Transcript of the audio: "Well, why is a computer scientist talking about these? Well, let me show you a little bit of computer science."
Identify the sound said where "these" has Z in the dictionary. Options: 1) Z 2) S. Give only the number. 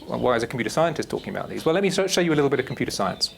1